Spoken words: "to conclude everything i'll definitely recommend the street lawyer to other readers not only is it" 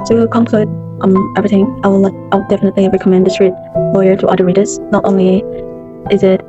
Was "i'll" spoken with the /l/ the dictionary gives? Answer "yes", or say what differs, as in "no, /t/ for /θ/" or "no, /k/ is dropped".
no, /w/ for /l/